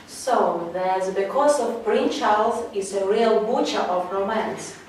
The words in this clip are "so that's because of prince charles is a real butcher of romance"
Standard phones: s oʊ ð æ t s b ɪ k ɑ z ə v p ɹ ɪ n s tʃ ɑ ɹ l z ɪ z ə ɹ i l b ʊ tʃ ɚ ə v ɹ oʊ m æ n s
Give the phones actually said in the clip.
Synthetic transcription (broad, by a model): s oʊ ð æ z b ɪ k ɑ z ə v b ɹ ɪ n tʃ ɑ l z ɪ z ə ɹ i l b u tʃ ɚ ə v ɹ oʊ m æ n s